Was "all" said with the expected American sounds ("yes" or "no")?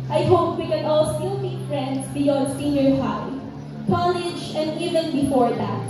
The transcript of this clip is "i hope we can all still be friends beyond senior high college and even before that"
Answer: yes